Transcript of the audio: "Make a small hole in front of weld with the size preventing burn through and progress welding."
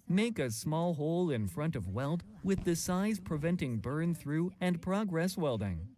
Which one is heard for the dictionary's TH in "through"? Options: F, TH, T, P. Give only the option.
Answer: TH